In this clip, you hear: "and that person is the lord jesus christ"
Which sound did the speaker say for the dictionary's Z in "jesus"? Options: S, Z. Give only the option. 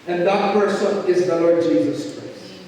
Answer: Z